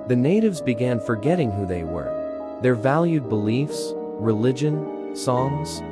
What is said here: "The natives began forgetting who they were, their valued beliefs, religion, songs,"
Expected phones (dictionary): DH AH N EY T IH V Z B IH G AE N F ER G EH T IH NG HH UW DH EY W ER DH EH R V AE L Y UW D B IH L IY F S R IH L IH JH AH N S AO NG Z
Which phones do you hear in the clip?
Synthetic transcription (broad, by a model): DH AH N EY T IH V Z B IH G AE N F ER G EH T IH NG HH UW DH EY W ER DH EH R V AE L Y UW D B IH L IY F S R IH L IH JH AH N S AO NG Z